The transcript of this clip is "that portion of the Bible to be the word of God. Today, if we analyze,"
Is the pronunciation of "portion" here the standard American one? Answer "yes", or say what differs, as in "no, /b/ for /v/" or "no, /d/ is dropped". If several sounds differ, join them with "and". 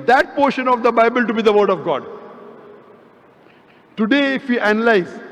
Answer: yes